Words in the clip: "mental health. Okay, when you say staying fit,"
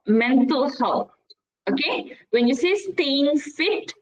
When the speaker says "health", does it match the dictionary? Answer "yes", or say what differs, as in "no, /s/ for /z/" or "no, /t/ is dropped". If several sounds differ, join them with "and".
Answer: no, /t/ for /θ/